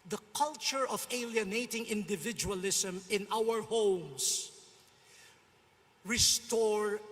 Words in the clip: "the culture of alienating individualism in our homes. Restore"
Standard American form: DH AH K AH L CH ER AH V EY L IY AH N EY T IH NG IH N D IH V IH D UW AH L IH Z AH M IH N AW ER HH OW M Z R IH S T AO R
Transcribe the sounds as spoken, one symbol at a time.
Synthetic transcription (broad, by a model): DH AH K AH L CH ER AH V EY L IY AH N EY T IH NG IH N D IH V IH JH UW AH L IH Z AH M IH N AW ER HH OW M S R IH S T AO R